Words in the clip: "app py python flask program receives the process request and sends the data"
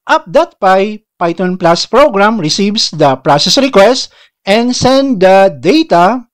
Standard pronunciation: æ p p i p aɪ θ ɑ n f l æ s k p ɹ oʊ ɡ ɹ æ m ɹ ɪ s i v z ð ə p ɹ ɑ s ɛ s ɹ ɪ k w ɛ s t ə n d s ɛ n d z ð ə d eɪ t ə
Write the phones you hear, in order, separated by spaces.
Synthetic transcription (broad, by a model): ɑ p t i p aɪ t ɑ n p l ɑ s p ɹ oʊ ɡ ɹ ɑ m ɹ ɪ s i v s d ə p ɹ ɑ s ɛ s ɹ ɪ k w ɛ s t ə n d s ɛ n d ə d eɪ t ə